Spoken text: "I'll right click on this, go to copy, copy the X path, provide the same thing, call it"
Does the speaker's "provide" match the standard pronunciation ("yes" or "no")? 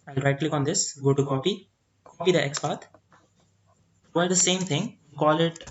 no